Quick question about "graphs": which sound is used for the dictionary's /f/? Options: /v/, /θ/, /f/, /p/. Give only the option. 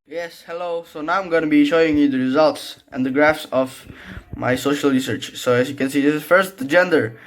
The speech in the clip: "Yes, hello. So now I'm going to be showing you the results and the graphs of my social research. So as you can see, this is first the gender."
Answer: /f/